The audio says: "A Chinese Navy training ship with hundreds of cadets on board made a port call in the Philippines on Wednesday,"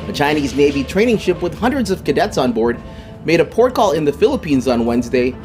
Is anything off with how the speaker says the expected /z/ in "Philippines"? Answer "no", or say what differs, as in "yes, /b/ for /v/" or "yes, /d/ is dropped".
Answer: no